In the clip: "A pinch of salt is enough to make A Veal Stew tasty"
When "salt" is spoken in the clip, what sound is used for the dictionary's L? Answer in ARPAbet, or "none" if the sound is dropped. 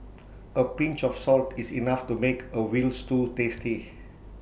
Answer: L